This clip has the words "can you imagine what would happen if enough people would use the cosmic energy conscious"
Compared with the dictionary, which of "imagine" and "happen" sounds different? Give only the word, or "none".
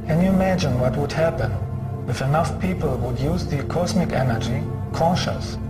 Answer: none